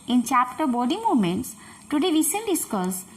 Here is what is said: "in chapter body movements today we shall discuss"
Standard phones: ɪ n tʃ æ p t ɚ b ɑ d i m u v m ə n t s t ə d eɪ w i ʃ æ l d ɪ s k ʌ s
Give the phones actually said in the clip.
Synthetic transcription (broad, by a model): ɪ n tʃ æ p t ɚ b ɑ d i m u v m ə n t s t ə d eɪ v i s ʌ n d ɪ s k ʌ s